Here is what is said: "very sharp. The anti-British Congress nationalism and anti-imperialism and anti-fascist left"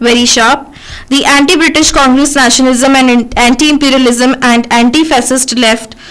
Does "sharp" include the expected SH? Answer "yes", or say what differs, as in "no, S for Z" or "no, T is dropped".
yes